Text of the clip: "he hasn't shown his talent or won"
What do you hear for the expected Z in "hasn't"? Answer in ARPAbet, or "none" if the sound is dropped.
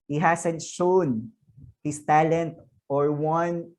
S